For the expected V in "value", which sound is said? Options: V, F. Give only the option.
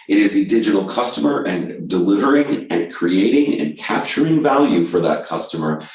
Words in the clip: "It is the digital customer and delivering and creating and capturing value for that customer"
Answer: V